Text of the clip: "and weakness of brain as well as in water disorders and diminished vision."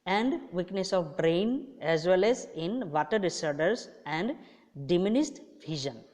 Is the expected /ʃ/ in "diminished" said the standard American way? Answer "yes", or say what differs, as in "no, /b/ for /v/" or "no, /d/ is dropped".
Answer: no, /s/ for /ʃ/